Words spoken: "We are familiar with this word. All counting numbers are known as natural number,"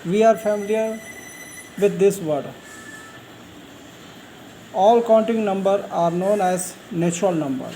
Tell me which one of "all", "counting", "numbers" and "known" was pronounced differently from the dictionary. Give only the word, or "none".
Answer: numbers